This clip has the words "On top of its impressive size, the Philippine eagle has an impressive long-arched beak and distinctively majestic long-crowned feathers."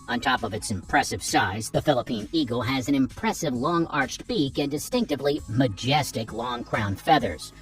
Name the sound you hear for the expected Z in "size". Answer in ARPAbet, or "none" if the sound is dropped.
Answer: Z